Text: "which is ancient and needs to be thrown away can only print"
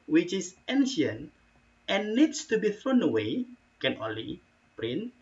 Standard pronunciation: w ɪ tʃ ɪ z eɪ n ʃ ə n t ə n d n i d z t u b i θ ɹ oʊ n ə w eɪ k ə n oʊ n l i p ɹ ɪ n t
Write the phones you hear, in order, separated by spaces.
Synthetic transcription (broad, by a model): w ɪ tʃ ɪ s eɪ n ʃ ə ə n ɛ n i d s t u b i θ ɹ oʊ n ə w eɪ k ə n oʊ n l i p ɹ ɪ n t